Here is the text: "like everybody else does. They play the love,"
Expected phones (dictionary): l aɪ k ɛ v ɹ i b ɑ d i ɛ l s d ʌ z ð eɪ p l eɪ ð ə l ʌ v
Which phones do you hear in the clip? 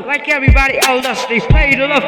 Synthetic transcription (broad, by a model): l aɪ k ɛ v ɹ i b ɑ d i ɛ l d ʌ s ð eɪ p l eɪ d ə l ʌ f